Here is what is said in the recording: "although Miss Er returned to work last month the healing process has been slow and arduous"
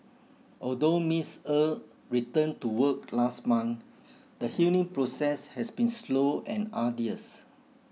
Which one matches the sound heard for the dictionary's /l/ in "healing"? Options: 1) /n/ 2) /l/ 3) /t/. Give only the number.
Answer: 1